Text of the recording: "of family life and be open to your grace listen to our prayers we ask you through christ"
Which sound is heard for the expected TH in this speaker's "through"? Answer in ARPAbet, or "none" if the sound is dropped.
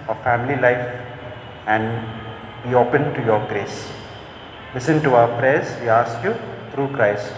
T